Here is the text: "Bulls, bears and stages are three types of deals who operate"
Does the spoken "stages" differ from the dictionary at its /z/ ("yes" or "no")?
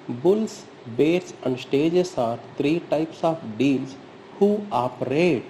yes